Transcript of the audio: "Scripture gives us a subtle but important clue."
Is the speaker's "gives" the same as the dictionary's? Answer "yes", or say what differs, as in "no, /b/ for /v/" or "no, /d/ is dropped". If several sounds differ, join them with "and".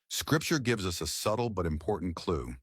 yes